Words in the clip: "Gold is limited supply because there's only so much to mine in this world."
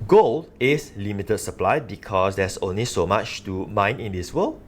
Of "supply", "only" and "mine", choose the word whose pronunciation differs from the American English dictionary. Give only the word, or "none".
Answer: none